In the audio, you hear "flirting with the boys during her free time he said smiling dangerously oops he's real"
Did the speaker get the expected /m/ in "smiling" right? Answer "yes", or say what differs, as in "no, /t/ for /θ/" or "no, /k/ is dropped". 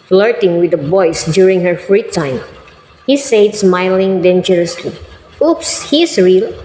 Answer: yes